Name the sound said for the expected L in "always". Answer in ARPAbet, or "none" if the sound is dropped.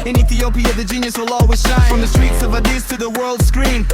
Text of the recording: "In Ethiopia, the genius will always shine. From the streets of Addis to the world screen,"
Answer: none